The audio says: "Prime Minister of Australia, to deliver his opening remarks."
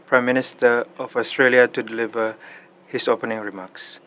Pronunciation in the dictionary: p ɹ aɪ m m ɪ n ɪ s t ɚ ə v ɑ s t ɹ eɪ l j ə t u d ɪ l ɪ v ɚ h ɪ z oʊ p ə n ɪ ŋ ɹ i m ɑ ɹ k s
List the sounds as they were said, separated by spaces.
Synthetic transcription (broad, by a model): p ɹ aɪ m m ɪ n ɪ s t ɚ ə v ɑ s t ɹ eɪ l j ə t u d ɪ l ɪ v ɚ h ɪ s oʊ p ə n ɪ ŋ ɹ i m ɑ k s